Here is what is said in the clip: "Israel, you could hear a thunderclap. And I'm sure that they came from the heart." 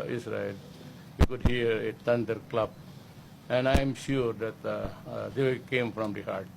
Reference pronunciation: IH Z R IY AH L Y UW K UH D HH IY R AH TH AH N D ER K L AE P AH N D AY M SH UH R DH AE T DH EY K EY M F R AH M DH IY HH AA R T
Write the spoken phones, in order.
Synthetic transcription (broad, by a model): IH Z R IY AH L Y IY K UH D HH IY R AH T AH N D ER K L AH B AH N D AY M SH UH R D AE T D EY K EY M F R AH M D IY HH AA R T